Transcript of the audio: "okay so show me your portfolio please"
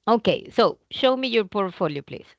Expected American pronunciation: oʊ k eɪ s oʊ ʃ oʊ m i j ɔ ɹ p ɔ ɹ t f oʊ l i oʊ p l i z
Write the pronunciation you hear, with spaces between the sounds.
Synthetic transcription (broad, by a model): oʊ k eɪ s oʊ ʃ oʊ m i j ɔ ɹ p ɔ ɹ t f oʊ l i oʊ p l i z